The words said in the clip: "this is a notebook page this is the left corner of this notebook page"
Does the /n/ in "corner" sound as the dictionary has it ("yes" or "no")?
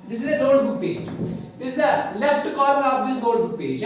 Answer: no